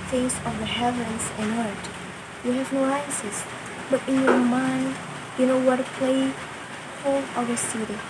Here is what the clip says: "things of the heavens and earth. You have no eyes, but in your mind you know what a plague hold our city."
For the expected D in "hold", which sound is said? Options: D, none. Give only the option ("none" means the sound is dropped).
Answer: none